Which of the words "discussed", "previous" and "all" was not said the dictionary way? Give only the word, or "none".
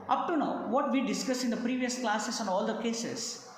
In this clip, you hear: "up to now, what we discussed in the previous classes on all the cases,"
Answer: discussed